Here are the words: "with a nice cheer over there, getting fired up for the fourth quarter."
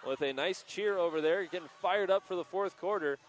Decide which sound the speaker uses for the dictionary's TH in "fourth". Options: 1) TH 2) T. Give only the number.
1